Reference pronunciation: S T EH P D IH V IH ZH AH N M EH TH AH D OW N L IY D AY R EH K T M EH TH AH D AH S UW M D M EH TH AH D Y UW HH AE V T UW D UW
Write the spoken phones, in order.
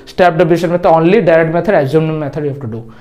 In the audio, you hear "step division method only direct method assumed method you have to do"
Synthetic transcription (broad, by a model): S T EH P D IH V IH SH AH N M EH T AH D OW N L IY D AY R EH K T M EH T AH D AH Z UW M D M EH T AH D Y UW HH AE F T UW D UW